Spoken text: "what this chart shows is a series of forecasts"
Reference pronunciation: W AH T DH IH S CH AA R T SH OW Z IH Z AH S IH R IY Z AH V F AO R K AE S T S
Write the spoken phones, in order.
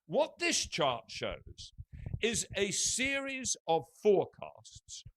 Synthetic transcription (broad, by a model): W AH T DH IH S CH AA R T SH OW Z IH Z AH S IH R IY Z AH V F AO R K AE S T S